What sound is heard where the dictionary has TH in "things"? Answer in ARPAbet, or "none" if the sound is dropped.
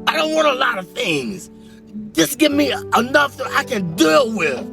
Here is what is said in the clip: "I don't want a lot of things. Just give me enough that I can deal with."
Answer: TH